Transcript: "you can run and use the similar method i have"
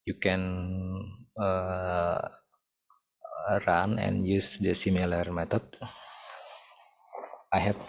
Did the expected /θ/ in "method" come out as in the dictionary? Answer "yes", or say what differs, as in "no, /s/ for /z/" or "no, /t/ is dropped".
no, /t/ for /θ/